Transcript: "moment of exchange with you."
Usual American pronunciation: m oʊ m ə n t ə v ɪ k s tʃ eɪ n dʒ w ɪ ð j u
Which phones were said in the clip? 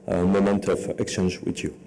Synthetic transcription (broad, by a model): m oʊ m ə n t ə v ɪ k s tʃ eɪ n dʒ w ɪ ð j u